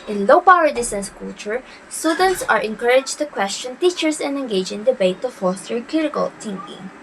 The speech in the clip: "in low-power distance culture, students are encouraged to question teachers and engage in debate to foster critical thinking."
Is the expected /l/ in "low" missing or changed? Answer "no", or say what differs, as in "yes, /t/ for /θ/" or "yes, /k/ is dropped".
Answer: no